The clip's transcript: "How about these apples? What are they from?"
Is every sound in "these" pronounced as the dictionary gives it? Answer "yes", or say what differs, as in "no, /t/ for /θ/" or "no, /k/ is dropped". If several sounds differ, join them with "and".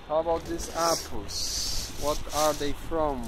no, /s/ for /z/